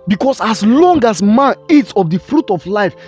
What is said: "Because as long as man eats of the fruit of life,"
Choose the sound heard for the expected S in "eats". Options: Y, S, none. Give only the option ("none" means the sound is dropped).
S